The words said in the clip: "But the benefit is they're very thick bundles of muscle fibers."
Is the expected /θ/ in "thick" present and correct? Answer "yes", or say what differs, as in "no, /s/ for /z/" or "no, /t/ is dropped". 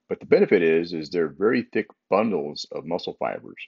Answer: yes